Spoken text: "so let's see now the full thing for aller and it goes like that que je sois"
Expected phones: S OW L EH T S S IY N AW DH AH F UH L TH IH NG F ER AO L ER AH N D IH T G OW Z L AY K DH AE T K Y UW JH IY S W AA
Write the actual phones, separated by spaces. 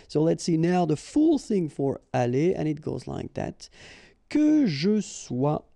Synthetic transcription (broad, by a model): S OW L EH T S S IY N AW DH AH F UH L TH IH NG F ER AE L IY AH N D IH T G OW Z L AY K DH AE T K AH ZH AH S W AA